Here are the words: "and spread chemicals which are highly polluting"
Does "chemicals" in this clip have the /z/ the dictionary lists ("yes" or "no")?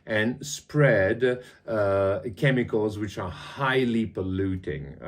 yes